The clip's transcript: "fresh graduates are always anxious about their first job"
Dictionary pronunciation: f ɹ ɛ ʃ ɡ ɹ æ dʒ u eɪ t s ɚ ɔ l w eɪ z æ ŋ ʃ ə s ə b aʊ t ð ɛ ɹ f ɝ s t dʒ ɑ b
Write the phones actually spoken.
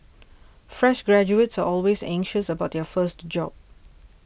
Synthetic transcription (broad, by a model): f ɹ ɛ ʃ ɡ ɹ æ dʒ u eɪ t s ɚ ɔ l w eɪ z æ ŋ ʃ ə s ə b aʊ t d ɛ f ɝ s t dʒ ɑ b